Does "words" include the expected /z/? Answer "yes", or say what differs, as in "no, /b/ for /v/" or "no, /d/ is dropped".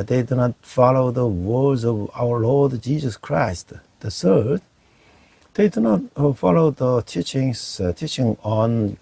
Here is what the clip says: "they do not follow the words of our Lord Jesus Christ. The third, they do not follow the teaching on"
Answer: yes